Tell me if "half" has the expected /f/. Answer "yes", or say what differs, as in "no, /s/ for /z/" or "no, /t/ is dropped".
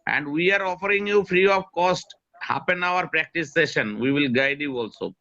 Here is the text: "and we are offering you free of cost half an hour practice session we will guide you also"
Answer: no, /p/ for /f/